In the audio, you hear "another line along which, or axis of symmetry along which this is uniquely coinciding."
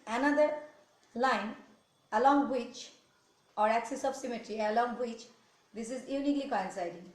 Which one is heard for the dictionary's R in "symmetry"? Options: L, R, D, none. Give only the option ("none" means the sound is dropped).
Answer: R